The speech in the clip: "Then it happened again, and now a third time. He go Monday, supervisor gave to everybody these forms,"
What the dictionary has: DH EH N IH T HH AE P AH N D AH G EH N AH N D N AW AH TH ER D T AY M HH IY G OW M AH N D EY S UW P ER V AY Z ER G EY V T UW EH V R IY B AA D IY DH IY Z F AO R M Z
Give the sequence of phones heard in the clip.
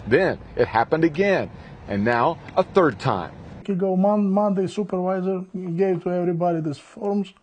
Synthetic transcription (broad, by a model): DH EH N IH T HH AE P AH N D AH G EH N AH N N AW AH TH ER D T AY M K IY G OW M AH N D EY S UW P ER V AY Z ER G EY V T UW EH V R IY B AA D IY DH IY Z F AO R M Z